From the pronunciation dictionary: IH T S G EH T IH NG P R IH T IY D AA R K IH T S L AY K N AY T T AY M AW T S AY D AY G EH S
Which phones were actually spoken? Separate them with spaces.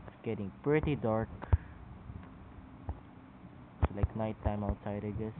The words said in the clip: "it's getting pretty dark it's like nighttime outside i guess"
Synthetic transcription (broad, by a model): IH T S G EH T IH NG P R IH T IY D AA R K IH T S L AY K N AY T T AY M AW T S AY D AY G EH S